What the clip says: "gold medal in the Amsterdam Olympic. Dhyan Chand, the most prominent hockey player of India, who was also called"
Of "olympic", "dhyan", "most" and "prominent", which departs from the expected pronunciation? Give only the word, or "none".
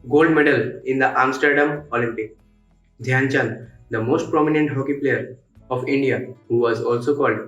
none